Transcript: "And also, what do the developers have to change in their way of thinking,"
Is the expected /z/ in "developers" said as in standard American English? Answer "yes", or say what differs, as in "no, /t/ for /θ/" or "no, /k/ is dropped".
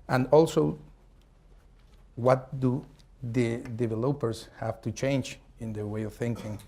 no, /s/ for /z/